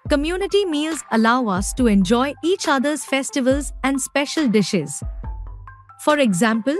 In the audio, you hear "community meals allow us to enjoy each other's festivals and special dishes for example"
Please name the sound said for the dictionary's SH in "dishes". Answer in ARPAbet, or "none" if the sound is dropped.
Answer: SH